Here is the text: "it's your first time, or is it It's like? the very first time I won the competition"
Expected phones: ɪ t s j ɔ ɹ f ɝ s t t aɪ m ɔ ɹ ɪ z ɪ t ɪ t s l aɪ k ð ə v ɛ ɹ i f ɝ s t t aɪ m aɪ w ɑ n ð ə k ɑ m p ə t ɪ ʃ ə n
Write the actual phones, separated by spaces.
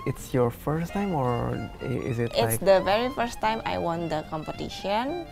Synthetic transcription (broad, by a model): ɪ t s j ɔ ɹ f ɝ s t t aɪ m ɔ ɹ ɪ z ɪ t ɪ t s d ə v ɛ ɹ i f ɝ s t t aɪ m aɪ w ɑ n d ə k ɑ m p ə t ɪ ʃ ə n